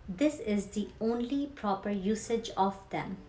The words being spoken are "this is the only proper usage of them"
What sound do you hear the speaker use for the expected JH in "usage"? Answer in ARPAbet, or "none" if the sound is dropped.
JH